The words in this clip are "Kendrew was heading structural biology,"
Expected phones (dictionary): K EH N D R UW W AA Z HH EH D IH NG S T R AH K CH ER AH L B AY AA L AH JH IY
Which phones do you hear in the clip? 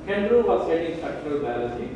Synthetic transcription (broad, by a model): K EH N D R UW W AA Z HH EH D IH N S T R AH K CH ER AH L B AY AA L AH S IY